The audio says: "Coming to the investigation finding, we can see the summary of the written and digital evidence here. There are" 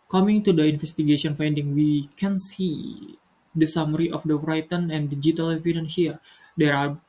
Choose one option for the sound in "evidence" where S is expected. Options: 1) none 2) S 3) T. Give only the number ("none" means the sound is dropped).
1